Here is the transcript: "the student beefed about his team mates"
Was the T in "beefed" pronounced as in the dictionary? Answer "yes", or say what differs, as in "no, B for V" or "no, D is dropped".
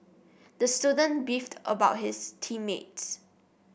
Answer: yes